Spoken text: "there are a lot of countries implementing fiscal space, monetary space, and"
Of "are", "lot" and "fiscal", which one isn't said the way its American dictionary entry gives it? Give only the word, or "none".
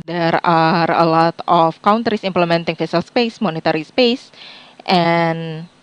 fiscal